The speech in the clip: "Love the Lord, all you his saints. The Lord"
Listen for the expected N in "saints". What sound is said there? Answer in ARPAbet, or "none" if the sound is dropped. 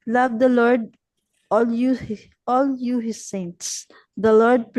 N